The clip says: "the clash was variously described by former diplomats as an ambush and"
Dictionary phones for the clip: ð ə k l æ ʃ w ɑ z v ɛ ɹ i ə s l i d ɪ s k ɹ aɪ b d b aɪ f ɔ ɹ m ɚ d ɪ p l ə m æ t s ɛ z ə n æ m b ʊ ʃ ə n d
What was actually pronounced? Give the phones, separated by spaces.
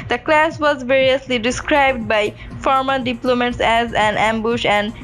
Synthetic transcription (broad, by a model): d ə k l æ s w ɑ z v ɛ ɹ i ə s l i d ɪ s k ɹ aɪ b d b aɪ f ɔ ɹ m ɚ d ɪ p l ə m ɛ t s ɛ z ə n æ m b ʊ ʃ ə n d